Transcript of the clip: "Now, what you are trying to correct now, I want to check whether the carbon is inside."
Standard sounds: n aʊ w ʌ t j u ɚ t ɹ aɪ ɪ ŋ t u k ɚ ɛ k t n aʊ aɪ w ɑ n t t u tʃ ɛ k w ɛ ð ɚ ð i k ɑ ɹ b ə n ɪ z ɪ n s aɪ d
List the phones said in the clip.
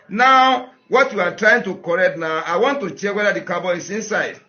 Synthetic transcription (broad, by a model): n aʊ w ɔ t j u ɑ t ɹ aɪ ɪ ŋ t u k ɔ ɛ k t n aʊ aɪ w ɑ n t t u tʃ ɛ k w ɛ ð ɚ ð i k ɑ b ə ɪ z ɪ n s aɪ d